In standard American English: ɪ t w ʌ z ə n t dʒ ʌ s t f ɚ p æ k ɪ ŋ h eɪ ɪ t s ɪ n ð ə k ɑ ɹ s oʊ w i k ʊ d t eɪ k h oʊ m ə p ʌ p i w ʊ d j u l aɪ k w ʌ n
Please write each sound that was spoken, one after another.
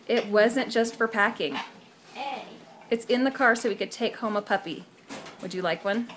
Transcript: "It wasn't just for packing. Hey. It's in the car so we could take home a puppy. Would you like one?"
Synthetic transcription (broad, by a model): ɪ t w ʌ z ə n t dʒ ʌ s t f ɚ p æ k ɪ ŋ ɪ t s ɪ n ð ə k ɑ ɹ s oʊ w i k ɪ d t eɪ k h oʊ m ə p ʌ p i w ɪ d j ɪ l aɪ k w ʌ n